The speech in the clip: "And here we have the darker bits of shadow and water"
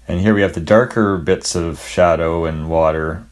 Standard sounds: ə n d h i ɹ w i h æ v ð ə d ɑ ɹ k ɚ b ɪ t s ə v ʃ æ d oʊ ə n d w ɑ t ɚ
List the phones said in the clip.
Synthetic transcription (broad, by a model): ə n h i ɹ w i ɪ v ð ə d ɑ ɹ k ɚ b ɪ t s ə v ʃ æ d oʊ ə n w ɑ t ɚ